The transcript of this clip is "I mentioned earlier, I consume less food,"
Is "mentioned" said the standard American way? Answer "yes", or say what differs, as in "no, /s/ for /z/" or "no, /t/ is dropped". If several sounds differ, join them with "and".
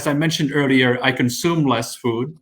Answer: yes